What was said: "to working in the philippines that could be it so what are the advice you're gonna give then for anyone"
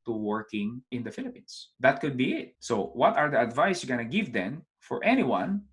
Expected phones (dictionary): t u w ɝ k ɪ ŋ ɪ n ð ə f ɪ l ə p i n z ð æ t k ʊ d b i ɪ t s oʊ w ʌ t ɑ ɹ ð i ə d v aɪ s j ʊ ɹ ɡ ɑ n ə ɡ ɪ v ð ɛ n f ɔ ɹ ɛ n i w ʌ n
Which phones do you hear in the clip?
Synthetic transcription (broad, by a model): t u w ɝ k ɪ ŋ ɪ n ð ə f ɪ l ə p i n s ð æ t k ʊ d b i ɪ t s oʊ w ʌ t ɑ ɹ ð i ə d v aɪ s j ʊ ɡ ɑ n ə ɡ ɪ v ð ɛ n f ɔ ɹ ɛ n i w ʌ n